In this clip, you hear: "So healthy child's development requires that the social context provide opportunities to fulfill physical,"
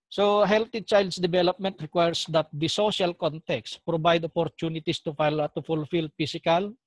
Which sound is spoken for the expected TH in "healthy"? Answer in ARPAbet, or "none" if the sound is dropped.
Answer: T